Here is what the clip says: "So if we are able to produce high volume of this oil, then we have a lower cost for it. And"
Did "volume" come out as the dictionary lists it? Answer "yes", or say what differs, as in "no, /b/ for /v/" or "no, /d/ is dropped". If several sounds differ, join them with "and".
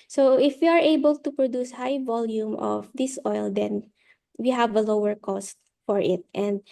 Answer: yes